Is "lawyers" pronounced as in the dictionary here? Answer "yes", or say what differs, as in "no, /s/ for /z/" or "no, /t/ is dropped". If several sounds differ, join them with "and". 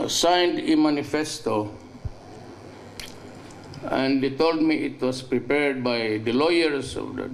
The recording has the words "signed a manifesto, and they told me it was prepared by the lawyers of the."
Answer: no, /s/ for /z/